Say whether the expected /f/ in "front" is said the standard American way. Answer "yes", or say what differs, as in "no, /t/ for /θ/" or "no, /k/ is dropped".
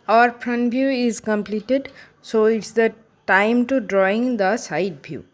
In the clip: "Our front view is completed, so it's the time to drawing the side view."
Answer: no, /p/ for /f/